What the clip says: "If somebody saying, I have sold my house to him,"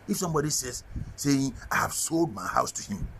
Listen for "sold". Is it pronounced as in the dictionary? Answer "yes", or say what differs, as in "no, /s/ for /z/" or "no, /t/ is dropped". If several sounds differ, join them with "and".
yes